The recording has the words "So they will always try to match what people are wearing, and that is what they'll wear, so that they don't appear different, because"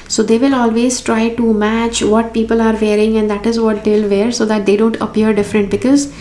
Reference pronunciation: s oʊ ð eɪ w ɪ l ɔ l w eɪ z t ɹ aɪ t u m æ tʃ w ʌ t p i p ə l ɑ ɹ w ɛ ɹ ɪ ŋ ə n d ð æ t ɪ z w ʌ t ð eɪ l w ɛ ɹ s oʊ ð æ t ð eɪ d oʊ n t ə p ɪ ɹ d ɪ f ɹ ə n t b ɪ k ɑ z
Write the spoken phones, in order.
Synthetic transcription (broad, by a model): s oʊ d eɪ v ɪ l ɔ l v eɪ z t ɹ aɪ t u m æ tʃ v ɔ t p i p ə l ɑ ɹ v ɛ ɹ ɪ ŋ ə n d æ t ɪ z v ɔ t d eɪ l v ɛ ɹ s oʊ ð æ t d eɪ d oʊ n t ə p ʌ ɹ d ɪ f ɹ ə n t b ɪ k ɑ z